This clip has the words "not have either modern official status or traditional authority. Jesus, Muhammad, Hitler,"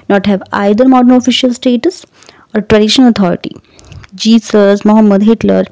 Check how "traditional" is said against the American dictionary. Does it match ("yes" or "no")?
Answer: no